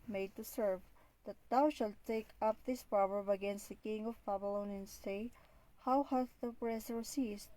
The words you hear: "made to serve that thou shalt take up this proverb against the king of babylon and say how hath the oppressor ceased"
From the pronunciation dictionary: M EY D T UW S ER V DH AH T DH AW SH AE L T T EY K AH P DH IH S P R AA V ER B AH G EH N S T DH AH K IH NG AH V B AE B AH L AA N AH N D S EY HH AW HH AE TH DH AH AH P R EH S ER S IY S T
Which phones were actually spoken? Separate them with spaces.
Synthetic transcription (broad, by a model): M EY D T UW S ER V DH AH T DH AW SH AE L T T EY K AH P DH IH S P R AA V ER B AH G EH N S T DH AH K IH NG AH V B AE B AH L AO N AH N S EY HH AW HH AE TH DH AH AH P R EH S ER S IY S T